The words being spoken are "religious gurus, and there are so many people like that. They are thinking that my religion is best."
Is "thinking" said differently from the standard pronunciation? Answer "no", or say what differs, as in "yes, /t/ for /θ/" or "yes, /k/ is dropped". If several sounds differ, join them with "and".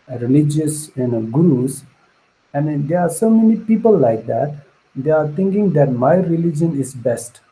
yes, /t/ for /θ/